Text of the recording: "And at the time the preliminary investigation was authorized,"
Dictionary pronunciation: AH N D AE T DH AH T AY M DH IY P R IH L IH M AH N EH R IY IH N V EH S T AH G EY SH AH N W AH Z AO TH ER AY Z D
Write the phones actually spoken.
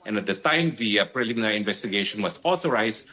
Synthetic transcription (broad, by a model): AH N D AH T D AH T AY M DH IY P R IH L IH M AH N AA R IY IH N V EH S T AH G EY SH AH N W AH S AO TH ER AY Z